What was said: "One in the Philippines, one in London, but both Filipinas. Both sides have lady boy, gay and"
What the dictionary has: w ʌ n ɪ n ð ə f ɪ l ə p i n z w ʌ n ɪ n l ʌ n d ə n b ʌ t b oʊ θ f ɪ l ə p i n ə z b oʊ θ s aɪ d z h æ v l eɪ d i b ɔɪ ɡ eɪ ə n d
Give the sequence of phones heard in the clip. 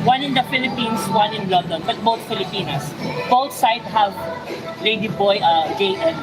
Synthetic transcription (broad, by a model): w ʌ n ɪ n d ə f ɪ l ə p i n s w ʌ n ɪ n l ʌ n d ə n b ʌ t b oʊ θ f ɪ l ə p i n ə s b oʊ t s aɪ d h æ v l eɪ d i b ɔɪ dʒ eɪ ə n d